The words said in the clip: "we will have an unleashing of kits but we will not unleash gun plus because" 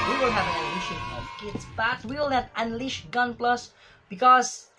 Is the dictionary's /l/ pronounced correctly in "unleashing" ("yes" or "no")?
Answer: no